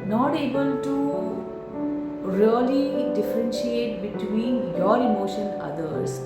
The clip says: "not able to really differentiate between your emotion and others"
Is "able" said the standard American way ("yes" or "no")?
yes